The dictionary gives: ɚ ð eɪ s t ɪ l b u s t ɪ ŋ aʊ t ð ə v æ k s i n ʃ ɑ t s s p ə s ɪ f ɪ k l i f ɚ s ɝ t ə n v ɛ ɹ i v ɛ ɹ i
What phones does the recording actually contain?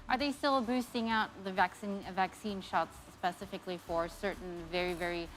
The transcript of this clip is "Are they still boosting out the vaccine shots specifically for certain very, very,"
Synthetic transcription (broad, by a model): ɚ ð eɪ s t ɪ l b u s t ɪ ŋ aʊ t ð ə v æ k s i n ʃ ɑ t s s p ə s ɪ f ɪ k l i f ɚ s ɝ t n v ɛ ɹ i v ɛ ɹ i